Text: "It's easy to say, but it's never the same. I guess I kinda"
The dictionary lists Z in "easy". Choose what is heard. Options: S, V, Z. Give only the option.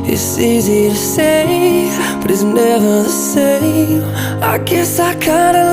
Z